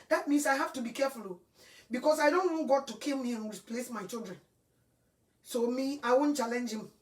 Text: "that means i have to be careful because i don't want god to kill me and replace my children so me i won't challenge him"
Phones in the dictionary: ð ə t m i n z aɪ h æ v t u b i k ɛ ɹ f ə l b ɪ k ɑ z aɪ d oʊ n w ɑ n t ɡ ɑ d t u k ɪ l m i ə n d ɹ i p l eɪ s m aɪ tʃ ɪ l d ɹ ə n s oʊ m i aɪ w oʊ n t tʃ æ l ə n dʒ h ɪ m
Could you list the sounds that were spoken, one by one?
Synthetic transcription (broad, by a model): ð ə t m i n s aɪ h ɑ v t u b i k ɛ f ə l b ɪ k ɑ s aɪ d oʊ n w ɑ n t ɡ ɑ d t u k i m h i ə n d ɹ i p l eɪ s m aɪ tʃ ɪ l d ɹ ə n s oʊ m i aɪ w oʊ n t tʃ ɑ l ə n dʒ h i m